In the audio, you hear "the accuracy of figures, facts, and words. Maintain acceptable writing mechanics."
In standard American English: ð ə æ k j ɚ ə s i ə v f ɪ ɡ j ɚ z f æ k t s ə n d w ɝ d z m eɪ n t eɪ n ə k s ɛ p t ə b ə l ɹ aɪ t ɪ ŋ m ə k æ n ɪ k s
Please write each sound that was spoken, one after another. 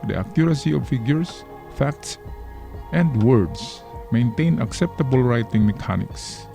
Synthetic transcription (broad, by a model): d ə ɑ k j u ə s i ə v f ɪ ɡ j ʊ s f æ k t s ə n d w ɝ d s m eɪ n t eɪ n ə k s ɛ p t ə b ə l ɹ aɪ t ɪ ŋ m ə k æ n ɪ k s